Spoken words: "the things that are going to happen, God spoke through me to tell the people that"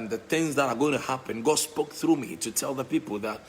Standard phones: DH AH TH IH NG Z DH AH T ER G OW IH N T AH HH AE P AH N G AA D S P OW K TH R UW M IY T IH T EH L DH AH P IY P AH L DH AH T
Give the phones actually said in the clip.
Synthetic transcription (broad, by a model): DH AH TH IH NG Z DH AH T ER G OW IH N T AH HH AE P AH N G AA S P OW K TH R UW M IY T IH T EH L DH AH P IY P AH L DH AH T